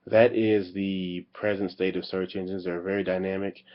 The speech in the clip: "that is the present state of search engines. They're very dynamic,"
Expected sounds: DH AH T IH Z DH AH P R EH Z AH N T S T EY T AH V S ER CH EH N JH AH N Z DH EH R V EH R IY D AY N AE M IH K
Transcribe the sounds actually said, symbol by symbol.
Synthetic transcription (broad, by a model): DH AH T IH Z DH AH P R EH Z AH N T S T EY T AH V S ER CH EH N JH AH N Z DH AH R V EH R IY D AY N AE M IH K